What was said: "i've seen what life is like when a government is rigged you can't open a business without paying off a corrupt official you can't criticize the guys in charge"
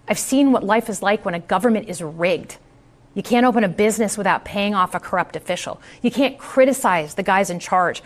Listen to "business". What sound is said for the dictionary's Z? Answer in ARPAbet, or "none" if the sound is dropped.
Z